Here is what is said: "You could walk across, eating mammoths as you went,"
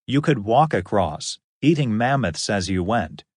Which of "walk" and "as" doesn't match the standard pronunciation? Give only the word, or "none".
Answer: none